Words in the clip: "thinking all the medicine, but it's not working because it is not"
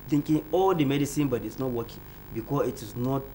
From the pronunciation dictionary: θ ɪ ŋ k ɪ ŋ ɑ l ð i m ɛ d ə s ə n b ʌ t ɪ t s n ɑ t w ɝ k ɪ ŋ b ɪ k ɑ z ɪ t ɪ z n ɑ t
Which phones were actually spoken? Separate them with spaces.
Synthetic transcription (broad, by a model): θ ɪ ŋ k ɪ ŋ ɑ l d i m ɛ d ə s ə n b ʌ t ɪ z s n ɑ t w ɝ k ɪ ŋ b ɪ k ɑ ɪ t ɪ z n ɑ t